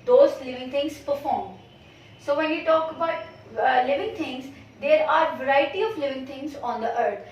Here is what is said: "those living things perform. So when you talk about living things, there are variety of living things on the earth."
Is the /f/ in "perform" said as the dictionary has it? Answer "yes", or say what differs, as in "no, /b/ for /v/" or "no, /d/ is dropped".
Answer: yes